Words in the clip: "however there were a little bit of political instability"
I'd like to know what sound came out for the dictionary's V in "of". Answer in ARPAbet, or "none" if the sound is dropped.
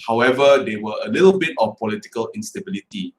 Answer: F